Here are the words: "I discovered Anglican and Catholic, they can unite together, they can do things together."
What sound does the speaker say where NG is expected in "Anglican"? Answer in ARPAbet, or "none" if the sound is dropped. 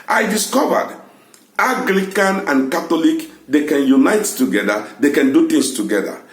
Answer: none